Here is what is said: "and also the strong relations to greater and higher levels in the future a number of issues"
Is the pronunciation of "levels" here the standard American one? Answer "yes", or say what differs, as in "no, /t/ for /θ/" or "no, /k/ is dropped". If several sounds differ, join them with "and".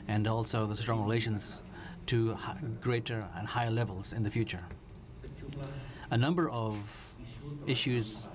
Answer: yes